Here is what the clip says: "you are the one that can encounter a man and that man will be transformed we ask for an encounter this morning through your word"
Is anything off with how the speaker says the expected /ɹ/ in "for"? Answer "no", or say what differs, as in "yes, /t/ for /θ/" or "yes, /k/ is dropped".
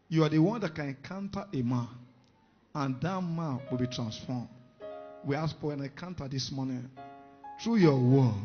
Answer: yes, /w/ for /ɹ/